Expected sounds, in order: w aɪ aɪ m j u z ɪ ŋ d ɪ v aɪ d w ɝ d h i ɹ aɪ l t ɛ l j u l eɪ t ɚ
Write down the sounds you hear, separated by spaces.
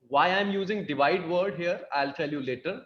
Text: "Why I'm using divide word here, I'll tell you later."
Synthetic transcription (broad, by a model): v aɪ aɪ m j u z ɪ ŋ d ɪ v aɪ d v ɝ d h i ɹ aɪ l t ɛ l j u l eɪ t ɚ